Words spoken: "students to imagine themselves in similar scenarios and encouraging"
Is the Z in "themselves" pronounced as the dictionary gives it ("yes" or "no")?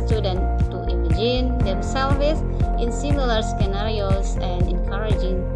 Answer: no